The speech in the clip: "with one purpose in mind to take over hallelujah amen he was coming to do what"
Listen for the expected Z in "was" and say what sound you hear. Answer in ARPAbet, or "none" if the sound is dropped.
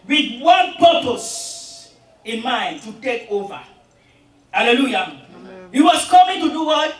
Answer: S